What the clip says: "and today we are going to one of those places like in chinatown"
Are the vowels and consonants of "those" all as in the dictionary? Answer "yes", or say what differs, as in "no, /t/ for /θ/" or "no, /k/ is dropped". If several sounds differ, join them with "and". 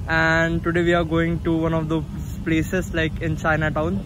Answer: no, /z/ is dropped